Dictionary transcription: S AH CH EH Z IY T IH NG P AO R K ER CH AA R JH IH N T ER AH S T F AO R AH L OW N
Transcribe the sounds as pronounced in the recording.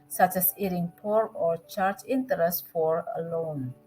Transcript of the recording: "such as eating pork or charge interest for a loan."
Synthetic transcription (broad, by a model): S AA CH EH S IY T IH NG P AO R AO CH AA R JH IH N T ER AH S T F AO R AH L OW N